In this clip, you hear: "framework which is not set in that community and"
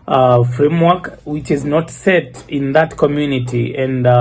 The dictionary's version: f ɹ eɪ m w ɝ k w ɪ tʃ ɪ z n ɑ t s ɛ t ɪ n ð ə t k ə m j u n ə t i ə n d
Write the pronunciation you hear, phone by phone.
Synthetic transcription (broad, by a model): f ɹ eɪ m w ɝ k w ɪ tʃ ɪ z n ɑ t s ɛ t ɪ n ð ə t k ə m j u n ə t i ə n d